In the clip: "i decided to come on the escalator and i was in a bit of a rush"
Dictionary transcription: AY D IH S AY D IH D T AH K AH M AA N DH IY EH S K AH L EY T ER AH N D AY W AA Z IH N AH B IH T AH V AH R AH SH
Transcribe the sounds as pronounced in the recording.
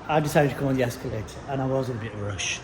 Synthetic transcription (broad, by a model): AY D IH S AY D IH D T AH K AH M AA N DH IY EH S K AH L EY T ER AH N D AY W AA Z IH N AH B IH T AH V R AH SH